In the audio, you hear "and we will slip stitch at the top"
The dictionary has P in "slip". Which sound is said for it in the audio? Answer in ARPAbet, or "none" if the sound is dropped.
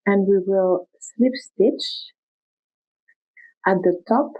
P